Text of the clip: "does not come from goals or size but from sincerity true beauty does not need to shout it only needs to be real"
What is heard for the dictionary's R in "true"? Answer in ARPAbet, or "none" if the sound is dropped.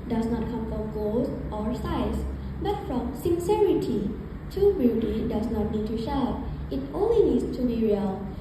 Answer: none